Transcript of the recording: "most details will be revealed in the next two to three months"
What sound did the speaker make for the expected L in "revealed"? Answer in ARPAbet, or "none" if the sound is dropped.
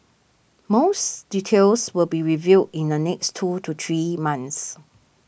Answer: none